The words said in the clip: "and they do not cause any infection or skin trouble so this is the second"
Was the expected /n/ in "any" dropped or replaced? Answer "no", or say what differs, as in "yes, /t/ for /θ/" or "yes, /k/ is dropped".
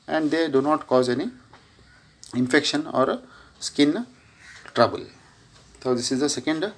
no